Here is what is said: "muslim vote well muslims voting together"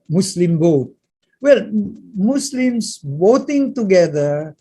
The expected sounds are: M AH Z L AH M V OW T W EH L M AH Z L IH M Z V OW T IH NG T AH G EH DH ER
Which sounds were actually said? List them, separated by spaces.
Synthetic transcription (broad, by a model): M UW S L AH M B OW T W EH L M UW S L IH M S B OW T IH NG T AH G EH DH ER